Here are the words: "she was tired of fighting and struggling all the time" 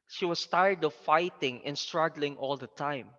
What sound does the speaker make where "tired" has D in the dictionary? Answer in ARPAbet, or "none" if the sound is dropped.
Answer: D